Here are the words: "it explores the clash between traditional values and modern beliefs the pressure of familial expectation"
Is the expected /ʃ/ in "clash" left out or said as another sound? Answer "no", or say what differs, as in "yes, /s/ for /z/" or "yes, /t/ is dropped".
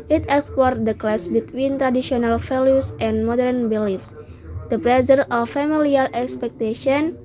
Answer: yes, /s/ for /ʃ/